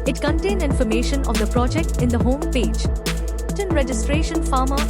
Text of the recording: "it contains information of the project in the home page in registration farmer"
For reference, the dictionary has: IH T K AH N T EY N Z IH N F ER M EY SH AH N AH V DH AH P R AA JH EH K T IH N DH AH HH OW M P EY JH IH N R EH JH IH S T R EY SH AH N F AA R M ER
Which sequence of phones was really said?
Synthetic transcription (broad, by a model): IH T K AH N T EY N IH N F ER M EY SH AH N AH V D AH P R AA JH EH K T IH N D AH HH OW M P EY JH IH N R EH JH IH S T R EY SH AH N F AA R M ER